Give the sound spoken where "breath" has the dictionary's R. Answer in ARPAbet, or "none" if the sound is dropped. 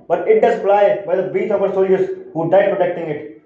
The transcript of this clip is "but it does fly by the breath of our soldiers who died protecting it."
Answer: none